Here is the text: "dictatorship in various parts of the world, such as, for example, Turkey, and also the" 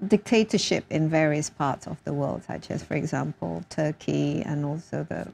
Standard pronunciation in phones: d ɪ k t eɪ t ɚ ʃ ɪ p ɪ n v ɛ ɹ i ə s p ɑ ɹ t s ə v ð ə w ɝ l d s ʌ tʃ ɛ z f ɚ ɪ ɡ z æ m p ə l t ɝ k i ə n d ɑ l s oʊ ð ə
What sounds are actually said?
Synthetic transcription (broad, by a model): d ɪ k t eɪ t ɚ ʃ ɪ p ɪ n v ɛ ɹ i ə s p ɑ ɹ t s ə v ð ə w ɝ l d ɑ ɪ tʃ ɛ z f ɚ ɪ ɡ z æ m p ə l t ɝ k i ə n ɑ l s oʊ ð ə